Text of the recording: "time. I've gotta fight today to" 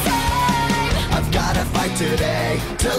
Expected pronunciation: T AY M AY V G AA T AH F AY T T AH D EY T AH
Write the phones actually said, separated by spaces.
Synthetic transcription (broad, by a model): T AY AY V G AA T AH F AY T T AH D EY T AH